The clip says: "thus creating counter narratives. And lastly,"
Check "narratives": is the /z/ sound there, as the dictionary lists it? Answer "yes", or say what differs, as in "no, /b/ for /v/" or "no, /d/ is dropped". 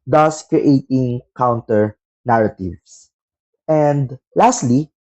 no, /s/ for /z/